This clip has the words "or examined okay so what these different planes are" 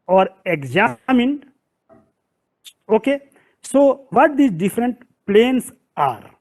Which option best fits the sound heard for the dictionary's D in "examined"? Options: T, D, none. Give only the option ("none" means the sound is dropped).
none